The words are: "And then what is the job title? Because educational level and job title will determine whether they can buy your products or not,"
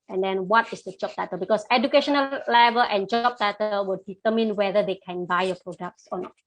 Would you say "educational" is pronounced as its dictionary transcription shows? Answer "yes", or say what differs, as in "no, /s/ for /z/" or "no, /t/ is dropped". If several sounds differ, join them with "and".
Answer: yes